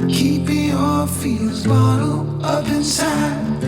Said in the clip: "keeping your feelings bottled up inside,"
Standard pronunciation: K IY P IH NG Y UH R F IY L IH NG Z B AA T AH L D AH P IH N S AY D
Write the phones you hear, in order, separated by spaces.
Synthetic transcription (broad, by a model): K IY P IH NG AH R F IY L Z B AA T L AH P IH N S AY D